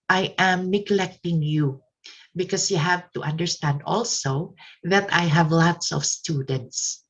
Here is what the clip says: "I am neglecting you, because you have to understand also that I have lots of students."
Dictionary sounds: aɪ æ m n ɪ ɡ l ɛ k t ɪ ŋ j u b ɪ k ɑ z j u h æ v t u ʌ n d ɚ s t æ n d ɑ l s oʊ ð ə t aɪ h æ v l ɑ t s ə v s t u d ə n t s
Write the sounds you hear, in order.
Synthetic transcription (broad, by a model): aɪ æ m n ɪ ɡ l ɛ k t ɪ ŋ j u b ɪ k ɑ s j u h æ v t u ʌ n d ɚ s t æ n d ɑ l s oʊ ð ə t aɪ h æ v l ɑ t s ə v s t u d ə n t s